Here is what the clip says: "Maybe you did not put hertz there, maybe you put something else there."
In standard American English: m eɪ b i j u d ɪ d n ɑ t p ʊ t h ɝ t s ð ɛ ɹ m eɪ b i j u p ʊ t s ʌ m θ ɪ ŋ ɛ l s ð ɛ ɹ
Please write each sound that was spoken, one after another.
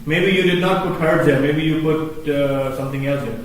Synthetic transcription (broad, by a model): m eɪ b i j u d ɪ d n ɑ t p ʊ t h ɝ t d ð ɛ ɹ m eɪ b i j u p ʊ t s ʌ m t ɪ ŋ ɛ l s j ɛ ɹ